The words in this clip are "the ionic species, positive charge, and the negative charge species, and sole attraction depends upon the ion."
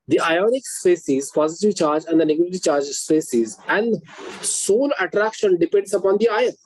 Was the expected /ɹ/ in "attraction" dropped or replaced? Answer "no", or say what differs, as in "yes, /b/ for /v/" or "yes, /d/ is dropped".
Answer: no